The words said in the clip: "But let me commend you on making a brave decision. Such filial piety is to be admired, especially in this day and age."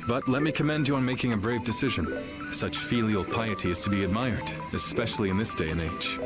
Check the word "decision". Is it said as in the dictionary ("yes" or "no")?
yes